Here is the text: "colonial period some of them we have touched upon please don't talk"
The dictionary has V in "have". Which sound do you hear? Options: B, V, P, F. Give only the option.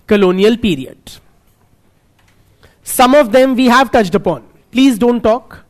V